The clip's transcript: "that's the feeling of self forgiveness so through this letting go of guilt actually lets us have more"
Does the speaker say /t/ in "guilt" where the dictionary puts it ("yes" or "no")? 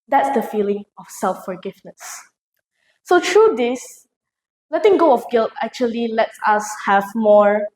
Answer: yes